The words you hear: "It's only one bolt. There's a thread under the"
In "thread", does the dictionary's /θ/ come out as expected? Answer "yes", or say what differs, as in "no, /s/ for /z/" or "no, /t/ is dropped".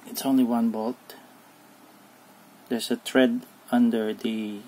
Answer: no, /t/ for /θ/